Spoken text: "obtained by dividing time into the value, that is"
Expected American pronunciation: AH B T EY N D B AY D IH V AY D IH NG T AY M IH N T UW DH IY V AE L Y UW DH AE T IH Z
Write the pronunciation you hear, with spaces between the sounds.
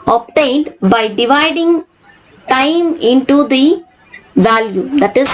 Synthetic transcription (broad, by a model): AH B T EY N D B AY D IH V AY D IH NG T AY M IH N T UW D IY V AE L Y UW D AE T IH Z